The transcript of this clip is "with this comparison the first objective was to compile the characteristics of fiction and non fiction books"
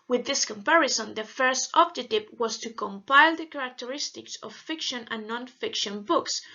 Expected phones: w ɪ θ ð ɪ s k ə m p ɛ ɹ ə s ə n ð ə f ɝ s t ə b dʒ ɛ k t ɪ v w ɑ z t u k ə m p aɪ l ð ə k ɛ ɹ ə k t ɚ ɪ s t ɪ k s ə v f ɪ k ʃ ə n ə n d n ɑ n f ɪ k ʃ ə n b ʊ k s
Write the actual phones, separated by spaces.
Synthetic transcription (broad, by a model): w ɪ ð ɪ s k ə m p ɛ ɹ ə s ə n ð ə f ɝ s t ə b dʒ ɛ t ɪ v w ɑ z t u k ə m p aɪ l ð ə k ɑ ɹ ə k t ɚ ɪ s t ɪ k s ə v f ɪ k ʃ ə n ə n n ɑ n f ɪ k ʃ ə n b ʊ k s